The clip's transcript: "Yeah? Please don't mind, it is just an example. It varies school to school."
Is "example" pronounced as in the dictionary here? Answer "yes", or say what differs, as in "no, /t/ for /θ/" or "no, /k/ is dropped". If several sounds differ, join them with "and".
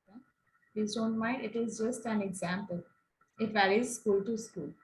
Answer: yes